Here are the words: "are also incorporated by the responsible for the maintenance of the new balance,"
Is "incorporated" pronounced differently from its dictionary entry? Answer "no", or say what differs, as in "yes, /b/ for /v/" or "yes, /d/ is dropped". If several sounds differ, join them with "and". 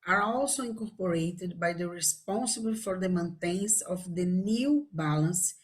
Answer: yes, /n/ is dropped